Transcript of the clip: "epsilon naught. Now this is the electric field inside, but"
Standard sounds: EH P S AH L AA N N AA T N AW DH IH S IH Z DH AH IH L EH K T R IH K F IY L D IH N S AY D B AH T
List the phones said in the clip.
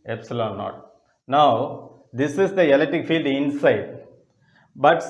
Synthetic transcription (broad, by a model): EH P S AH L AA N N AA T N AW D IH S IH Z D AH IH L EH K T IH K F IY L D IH N S AY D B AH T